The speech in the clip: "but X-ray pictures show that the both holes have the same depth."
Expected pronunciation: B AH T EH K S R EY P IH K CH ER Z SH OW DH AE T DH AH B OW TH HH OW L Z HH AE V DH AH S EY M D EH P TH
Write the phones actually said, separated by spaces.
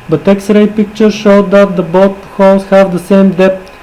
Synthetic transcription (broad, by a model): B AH T EH K S R EY P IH K CH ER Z SH OW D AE T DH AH B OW T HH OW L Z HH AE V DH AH S EY M D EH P